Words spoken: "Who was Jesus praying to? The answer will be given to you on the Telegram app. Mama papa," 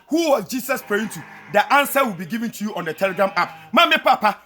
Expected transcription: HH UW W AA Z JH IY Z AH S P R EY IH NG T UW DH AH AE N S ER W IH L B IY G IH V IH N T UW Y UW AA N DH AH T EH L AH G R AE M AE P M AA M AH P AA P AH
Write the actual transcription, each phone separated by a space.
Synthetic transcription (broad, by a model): HH UW W AA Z JH IY S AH S P R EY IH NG T UW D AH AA N S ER W IH L B IY G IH V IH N T UW Y UW AA N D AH T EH L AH G R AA M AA P M AA M AH P AA P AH